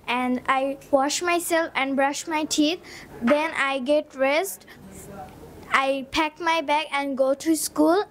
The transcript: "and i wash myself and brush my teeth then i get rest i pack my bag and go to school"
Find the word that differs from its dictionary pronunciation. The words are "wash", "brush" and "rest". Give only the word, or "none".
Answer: none